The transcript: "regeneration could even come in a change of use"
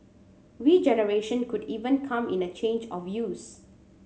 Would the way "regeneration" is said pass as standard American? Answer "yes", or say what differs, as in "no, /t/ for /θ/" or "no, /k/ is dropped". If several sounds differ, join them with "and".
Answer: no, /w/ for /ɹ/